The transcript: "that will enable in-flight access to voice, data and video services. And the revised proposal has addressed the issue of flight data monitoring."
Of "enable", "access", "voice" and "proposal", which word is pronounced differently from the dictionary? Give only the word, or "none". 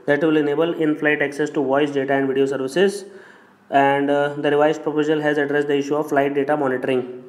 none